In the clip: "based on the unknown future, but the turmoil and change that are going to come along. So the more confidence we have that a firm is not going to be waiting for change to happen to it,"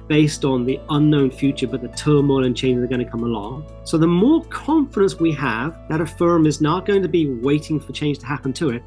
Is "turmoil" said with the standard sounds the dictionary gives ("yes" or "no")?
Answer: yes